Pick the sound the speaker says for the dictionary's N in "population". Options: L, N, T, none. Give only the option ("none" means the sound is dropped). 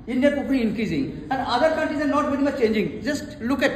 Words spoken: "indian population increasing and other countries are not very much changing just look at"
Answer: none